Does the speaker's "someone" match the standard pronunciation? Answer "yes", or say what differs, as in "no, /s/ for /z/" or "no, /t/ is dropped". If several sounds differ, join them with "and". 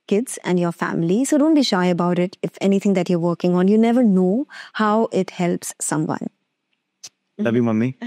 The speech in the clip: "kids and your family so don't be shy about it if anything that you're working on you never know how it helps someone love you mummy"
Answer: yes